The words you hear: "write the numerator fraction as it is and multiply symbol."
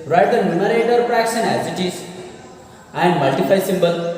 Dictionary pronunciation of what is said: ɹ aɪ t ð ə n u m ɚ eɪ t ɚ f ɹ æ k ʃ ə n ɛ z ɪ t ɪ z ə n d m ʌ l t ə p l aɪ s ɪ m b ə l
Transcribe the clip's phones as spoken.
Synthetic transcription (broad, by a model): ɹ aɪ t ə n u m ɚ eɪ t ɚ p ɹ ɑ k s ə n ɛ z ɪ t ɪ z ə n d m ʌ l t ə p aɪ s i m b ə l